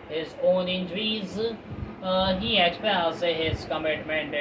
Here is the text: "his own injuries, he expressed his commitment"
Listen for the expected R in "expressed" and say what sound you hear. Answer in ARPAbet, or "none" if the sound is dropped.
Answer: none